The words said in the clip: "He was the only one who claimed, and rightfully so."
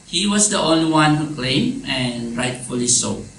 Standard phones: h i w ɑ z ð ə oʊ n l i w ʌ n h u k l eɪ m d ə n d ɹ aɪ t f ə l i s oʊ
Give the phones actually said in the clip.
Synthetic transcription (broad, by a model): h i w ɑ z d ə oʊ n l i w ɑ n h u k l eɪ m ə n ɹ aɪ t f ə l i s oʊ